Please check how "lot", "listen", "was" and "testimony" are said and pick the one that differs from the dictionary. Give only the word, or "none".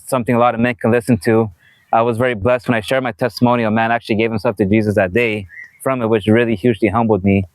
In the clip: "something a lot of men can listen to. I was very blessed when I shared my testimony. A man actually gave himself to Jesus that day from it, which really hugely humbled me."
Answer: none